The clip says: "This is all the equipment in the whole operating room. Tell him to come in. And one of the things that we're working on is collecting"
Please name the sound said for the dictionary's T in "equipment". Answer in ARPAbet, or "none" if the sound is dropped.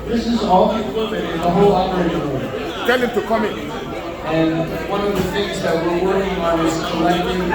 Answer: none